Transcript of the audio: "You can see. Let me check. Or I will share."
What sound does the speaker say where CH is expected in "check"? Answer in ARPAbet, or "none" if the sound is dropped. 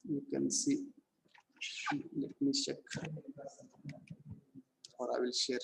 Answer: SH